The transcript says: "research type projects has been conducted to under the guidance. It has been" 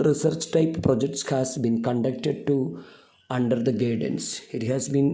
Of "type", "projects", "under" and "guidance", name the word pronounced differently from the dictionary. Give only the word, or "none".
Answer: none